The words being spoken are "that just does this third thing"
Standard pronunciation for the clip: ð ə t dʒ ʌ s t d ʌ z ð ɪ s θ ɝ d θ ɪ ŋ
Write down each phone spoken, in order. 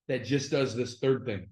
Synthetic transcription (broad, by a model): ð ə t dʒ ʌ s d ʌ z ð ɪ s θ ɝ d θ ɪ ŋ